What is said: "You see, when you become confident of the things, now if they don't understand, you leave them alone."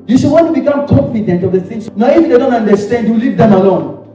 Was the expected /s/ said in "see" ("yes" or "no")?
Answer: no